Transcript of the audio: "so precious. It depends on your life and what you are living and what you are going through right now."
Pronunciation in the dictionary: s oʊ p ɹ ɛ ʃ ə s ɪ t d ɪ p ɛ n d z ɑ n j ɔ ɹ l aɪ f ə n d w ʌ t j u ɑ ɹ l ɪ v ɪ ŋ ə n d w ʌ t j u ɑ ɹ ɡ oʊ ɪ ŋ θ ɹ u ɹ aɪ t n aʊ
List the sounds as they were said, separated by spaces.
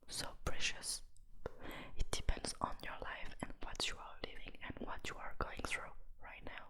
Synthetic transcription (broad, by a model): s oʊ p ɹ ɛ ʃ ə s ɪ t d ɪ p ɛ n d z n j ɔ ɹ l aɪ f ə n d w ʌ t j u ɑ ɹ l ɪ v ɪ ŋ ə n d w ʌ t j u ɑ ɹ ɡ oʊ ɪ ŋ θ ɹ u ɹ aɪ t n aʊ